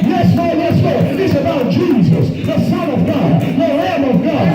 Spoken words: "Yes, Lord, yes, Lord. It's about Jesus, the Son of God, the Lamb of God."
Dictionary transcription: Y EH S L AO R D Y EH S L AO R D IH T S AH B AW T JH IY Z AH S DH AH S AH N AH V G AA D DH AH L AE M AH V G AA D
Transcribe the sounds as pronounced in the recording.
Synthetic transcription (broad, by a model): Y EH S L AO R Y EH S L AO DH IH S AH B AW T JH IY Z AH S DH AH S AH N AH V G AA D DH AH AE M AH V G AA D